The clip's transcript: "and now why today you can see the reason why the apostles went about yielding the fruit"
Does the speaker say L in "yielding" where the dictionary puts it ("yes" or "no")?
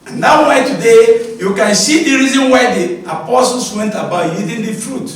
no